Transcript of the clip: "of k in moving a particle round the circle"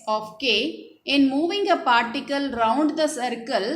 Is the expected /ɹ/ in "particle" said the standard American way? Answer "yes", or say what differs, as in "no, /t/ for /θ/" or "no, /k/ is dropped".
yes